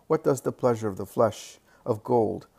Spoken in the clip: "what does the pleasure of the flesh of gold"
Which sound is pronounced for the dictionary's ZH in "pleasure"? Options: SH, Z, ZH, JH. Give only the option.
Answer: ZH